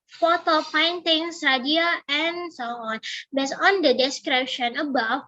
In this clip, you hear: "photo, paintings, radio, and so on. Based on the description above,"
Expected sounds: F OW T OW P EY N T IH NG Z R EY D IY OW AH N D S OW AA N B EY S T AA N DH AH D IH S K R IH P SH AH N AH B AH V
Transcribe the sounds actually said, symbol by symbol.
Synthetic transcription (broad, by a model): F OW T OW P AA N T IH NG S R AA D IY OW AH N S OW AA N B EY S AA N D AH D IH S K R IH P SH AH N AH B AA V